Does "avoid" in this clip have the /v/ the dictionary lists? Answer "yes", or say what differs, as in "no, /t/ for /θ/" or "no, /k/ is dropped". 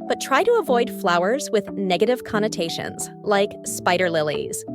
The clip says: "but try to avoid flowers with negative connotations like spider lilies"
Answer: yes